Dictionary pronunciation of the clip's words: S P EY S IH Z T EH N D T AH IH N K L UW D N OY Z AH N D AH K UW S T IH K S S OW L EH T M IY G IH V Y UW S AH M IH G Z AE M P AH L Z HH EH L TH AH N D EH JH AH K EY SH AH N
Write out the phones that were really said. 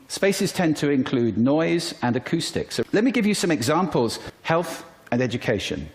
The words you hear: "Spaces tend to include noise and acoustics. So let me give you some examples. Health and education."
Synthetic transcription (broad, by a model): S P EY S IH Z T EH N T AH IH N K L UW D N OY Z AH N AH K UW S T IH K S S OW L EH T M IY G IH V Y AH S AH M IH G Z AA M P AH L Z HH EH L TH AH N EH JH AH K EY SH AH N